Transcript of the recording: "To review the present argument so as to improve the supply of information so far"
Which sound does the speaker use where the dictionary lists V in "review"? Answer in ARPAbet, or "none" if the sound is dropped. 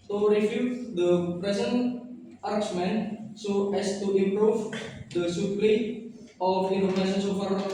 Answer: F